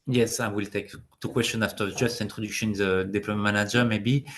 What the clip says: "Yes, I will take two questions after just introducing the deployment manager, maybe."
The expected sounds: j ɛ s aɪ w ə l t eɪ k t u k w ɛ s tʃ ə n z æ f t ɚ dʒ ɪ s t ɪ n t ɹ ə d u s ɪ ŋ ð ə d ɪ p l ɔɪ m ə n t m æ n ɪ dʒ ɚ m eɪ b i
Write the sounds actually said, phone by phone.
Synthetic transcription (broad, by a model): j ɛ s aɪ w ə l t eɪ k t u k w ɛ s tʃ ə n ɑ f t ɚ dʒ ɪ s t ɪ n t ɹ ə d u ʃ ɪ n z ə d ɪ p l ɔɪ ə m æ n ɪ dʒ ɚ m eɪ b i